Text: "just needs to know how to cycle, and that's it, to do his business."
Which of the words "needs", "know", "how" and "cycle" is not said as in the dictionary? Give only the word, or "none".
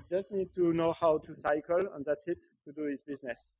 needs